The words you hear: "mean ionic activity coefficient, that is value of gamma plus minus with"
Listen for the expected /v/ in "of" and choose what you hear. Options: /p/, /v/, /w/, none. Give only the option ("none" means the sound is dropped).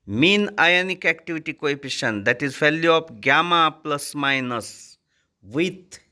/p/